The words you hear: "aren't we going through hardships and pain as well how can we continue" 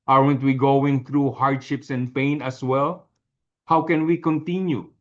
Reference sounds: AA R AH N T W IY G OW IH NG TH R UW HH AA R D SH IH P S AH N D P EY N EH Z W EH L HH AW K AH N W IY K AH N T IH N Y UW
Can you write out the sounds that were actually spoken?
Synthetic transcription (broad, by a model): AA R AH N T W IY G OW IH NG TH R UW HH AA R D SH IH P S AH N D P EY N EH S W EH L HH AW K AH N W IY K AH N T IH N Y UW